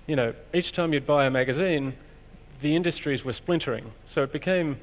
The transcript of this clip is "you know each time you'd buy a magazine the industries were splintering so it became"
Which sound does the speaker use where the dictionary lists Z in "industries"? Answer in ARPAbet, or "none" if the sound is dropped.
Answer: Z